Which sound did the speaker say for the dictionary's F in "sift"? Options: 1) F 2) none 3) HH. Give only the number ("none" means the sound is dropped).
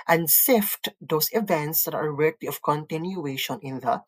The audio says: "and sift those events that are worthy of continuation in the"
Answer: 1